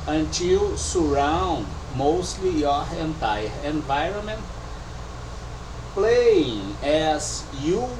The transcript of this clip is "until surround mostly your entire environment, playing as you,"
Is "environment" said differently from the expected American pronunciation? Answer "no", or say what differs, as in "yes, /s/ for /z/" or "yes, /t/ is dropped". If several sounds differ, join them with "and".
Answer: no